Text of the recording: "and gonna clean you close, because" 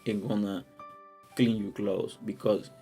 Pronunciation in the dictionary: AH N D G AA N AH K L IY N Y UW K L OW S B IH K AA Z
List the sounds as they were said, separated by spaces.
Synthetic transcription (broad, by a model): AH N G AA N AH K L IY N Y UW K L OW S B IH K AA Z